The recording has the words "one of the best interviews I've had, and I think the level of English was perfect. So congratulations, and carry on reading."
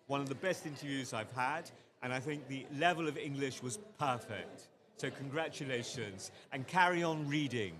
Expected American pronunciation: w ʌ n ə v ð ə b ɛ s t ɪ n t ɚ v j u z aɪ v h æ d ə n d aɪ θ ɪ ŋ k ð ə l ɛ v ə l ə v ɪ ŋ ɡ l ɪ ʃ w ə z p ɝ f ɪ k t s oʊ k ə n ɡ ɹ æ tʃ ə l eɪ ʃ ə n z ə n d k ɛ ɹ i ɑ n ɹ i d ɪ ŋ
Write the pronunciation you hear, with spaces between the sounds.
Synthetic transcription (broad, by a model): w ʌ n ə v ð ə b ɛ s t ɪ n t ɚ v j u z aɪ v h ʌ d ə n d aɪ θ ɪ ŋ k ð ə l ɛ v ə l ə v ɪ ŋ ɡ l ɪ ʃ w ə z p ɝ f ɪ k t s oʊ k ə n ɡ ɹ æ tʃ ə l eɪ ʃ ə n z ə n k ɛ ɹ i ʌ n ɹ i d ɪ ŋ